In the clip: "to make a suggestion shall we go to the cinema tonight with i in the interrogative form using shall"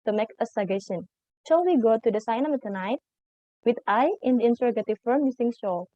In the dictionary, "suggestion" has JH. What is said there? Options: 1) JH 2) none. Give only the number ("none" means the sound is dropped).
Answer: 2